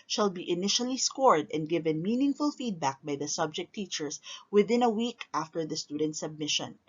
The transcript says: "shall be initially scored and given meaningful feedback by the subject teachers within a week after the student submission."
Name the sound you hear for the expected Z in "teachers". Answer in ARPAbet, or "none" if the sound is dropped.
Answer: S